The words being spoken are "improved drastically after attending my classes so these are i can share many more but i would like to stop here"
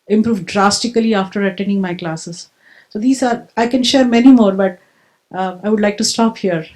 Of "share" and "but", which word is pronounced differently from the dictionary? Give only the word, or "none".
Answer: none